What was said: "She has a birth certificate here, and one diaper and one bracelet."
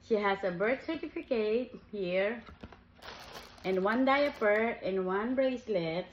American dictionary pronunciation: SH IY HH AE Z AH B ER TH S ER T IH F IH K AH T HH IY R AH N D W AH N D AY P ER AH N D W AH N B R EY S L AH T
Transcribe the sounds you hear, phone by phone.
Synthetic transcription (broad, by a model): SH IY HH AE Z AH B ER T S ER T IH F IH K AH T HH IY R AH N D W AH N D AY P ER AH N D W AH N B R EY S L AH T